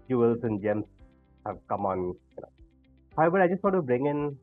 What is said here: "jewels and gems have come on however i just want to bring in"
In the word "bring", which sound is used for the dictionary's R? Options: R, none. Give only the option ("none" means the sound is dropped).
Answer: R